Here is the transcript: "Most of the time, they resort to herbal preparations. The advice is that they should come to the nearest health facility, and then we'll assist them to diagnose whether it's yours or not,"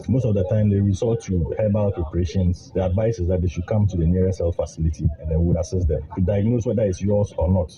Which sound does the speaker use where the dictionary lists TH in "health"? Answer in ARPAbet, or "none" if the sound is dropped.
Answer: F